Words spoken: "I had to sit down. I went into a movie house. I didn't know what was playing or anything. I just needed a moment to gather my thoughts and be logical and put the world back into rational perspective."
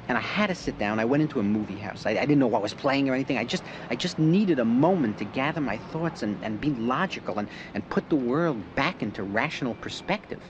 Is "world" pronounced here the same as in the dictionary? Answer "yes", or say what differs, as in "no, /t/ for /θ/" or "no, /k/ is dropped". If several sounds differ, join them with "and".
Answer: yes